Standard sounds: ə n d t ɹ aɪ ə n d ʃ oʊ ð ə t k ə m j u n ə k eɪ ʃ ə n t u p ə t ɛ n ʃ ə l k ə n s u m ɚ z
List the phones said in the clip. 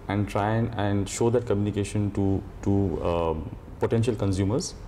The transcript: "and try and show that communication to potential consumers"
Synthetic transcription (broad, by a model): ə n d t ɹ aɪ ə n d ʃ oʊ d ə t k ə m j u n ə k eɪ ʃ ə n t u p ə t ɛ n ʃ ə l k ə n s u m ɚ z